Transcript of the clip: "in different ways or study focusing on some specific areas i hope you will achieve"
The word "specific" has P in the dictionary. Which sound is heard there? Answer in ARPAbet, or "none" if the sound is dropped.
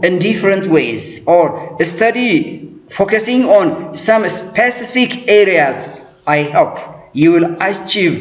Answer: P